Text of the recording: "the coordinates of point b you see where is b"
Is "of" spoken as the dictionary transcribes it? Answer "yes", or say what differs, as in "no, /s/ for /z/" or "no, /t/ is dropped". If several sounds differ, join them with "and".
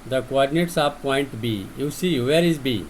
no, /p/ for /v/